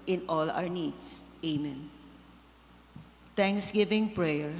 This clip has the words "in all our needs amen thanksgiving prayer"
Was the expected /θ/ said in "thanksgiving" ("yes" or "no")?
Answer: no